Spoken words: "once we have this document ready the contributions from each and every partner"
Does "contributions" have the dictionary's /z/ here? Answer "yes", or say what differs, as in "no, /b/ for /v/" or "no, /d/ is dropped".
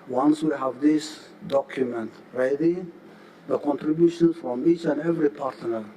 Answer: no, /z/ is dropped